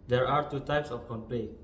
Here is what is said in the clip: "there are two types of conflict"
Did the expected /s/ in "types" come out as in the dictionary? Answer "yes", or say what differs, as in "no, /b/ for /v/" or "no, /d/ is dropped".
yes